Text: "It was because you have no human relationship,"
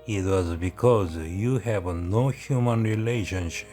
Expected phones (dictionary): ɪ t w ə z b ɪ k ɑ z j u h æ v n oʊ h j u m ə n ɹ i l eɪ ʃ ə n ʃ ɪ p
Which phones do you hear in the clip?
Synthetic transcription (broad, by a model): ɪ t w ə z b ɪ k ɑ z j u h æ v n oʊ h j u m ə n ɹ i l eɪ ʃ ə n ʃ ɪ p